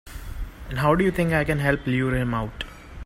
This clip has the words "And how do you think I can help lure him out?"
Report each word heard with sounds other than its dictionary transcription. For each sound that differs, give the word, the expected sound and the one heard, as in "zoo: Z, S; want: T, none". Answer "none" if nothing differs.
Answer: think: TH, T